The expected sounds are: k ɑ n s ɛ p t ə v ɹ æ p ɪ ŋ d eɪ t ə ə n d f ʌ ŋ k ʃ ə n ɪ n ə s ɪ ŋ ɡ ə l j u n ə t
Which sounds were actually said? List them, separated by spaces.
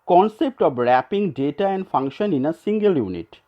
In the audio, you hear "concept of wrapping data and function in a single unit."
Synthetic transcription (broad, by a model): k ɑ n s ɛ p t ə b ɹ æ p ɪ ŋ d eɪ t ə ə n d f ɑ ŋ k ʃ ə n ɪ n ə s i ŋ ɡ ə l j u n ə t